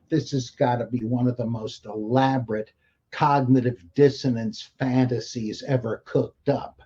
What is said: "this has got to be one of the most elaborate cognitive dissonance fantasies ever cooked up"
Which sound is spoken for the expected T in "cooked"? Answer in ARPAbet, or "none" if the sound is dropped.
T